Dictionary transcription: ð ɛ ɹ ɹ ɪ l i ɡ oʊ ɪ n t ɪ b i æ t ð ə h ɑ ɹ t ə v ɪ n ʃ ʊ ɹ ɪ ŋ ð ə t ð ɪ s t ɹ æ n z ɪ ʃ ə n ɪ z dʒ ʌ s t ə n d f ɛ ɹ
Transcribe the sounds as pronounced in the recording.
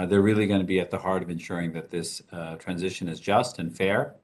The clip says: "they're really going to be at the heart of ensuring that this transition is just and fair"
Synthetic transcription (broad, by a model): ð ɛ ɹ ɹ ɪ l i ɡ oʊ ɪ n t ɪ b i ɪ t ð ə h ɑ ɹ t ə v ɪ n ʃ ʊ ɹ ɪ ŋ ð ə t ð ɪ s t ɹ æ n z ɪ ʃ ə n ɪ z dʒ ʌ s t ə n f ɛ ɹ